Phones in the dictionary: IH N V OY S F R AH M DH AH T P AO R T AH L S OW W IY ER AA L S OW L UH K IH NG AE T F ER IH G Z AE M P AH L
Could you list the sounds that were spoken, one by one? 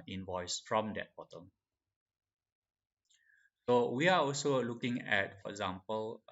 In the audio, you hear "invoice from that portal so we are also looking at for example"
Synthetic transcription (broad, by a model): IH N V OY S F R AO M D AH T B AO T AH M S OW W IY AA AA L S OW L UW K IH NG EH T F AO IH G Z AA M P AH L